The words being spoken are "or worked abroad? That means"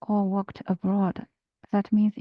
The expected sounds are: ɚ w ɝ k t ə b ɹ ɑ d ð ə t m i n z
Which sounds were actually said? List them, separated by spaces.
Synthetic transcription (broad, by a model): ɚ w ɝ k t ə b ɹ ɑ d ð ə t m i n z